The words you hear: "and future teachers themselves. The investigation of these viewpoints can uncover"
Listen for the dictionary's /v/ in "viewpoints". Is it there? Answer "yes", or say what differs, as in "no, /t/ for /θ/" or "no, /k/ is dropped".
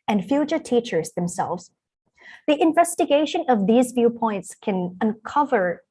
yes